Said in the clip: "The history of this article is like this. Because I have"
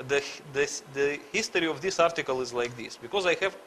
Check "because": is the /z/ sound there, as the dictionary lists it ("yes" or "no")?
yes